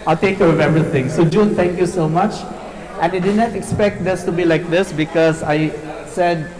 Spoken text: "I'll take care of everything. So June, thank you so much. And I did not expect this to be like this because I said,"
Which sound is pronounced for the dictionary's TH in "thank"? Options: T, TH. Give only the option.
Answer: T